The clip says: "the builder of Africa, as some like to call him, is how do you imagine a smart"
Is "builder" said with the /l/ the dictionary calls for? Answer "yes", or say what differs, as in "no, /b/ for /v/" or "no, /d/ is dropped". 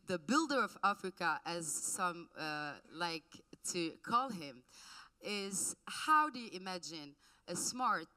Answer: yes